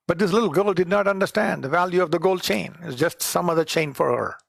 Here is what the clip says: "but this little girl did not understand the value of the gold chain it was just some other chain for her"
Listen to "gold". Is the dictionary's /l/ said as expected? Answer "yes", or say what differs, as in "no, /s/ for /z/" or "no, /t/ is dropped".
yes